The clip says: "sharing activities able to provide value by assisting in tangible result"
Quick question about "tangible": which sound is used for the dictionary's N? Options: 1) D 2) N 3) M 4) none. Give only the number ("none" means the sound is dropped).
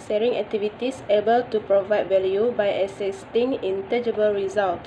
4